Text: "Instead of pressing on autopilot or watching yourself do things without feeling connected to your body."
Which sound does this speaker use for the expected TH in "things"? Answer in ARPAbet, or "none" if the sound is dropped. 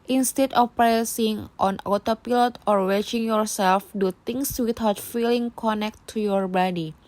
T